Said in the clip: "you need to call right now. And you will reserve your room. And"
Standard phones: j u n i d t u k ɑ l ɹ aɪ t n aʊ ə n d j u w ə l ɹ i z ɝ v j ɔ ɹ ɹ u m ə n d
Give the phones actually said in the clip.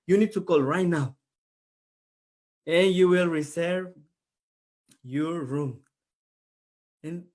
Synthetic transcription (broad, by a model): j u n i d t u k ɑ l ɹ aɪ t n aʊ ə n j u w ə l ɹ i s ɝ v j ɔ ɹ ɹ u m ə n